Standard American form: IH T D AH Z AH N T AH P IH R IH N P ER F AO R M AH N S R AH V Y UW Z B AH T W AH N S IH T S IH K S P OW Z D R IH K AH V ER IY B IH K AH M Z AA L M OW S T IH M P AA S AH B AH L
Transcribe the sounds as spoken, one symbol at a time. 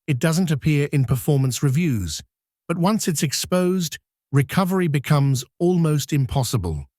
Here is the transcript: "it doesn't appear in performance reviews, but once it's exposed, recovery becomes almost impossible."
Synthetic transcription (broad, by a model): IH T D AH Z AH N T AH P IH R IH N P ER F AO R M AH N S R AH V Y UW Z B AH T W AH N S IH T S IH K S P OW Z D R IH K AH V ER IY B IH K AH M Z AA L M OW S T IH M P AA S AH B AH L